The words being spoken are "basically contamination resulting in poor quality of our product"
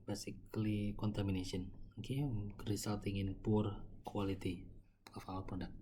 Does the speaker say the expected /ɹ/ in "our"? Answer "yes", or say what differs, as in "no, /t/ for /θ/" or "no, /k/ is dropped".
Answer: no, /l/ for /ɹ/